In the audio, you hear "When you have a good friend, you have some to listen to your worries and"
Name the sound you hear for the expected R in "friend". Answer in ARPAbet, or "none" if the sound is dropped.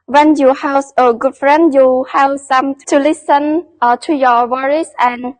R